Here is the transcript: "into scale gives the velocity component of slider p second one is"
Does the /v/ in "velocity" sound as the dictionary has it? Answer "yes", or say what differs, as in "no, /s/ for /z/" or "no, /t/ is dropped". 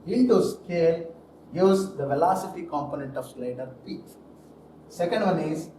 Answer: yes